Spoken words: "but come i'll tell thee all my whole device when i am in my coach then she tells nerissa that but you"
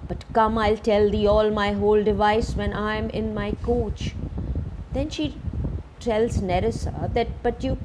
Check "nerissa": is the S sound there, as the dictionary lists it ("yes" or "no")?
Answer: yes